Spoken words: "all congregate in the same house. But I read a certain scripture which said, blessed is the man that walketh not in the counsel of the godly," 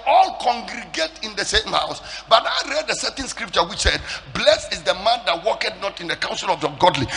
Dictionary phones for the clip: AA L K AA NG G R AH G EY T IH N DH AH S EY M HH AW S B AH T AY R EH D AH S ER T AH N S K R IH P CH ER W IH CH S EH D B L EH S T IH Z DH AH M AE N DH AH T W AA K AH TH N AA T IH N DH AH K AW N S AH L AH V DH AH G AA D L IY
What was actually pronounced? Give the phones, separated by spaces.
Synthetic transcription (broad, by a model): AA L K AA NG G R AH G EY T IH N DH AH S EY M HH AW S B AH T AY R EH D AH S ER T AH N S K R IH P CH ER W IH CH S EH D B L EH S IH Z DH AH M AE N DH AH T W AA K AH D N AA T IH N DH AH K AW N S AH L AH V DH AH G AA D L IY